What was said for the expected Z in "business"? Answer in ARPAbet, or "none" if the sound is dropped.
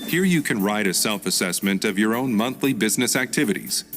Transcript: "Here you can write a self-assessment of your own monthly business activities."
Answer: Z